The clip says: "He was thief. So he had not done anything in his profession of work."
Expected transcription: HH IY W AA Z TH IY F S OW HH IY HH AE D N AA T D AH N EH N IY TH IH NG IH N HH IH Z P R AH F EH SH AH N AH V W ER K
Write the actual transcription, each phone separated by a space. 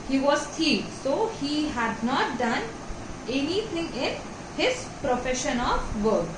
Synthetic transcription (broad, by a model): HH IY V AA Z T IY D S OW HH IY HH AE D N AA T D AH N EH N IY T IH NG IH N HH IH Z P R AH F EH SH AH N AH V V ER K